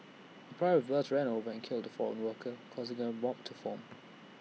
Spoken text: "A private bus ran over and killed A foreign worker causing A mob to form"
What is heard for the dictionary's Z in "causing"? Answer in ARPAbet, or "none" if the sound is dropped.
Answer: Z